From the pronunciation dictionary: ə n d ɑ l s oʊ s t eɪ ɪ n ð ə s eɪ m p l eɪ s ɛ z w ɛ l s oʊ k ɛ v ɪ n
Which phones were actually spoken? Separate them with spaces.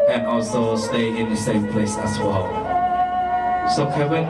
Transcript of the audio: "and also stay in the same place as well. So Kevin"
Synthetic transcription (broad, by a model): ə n ɑ l s oʊ s t eɪ ɪ n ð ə s eɪ m p l eɪ s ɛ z w ɛ l s oʊ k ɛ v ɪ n